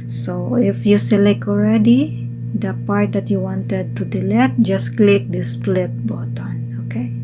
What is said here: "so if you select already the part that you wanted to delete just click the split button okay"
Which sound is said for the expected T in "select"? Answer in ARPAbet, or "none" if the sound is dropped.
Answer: none